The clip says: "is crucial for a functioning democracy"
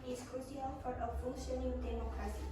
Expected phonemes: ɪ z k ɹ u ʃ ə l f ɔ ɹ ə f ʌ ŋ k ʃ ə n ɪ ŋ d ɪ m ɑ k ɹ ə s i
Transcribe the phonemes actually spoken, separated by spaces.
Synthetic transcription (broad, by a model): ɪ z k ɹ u s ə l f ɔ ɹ ə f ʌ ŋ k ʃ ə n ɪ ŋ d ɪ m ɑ k ɹ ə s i